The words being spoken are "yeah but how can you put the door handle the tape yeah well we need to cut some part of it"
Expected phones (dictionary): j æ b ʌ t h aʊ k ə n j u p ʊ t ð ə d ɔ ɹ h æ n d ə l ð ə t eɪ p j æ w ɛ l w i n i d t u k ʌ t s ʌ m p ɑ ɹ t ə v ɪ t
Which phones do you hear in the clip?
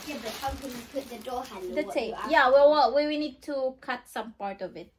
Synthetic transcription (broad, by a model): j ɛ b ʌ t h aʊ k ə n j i p ʊ t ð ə d ɔ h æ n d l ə s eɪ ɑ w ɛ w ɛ w w i n i d t u k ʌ t s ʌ m p ɑ ɹ t ə v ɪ t